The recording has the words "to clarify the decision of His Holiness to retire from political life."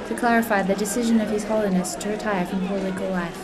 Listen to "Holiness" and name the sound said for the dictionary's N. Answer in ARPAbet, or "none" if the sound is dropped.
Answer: N